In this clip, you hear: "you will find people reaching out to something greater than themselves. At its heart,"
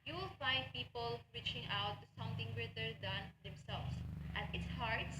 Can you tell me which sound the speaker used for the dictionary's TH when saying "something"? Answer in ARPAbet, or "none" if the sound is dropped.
T